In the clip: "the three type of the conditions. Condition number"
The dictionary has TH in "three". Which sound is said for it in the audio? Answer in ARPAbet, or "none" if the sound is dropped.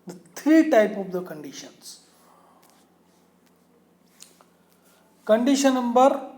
T